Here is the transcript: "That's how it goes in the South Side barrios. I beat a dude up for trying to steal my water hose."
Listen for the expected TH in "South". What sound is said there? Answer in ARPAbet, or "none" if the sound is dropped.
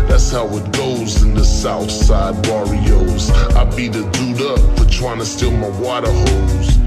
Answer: TH